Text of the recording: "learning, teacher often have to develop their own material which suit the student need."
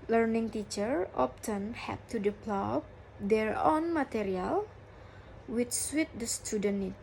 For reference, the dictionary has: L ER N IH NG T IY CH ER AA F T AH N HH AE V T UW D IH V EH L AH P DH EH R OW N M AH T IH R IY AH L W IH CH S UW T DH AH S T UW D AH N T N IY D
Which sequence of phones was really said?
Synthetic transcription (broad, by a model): L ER N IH NG T IY CH ER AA P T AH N HH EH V T UW D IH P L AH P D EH R OW N M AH T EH R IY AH L W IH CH S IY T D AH S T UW D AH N N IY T